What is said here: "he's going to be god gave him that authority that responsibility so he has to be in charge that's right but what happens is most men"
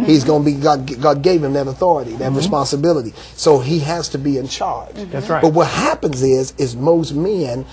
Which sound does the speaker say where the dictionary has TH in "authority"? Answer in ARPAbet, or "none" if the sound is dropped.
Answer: TH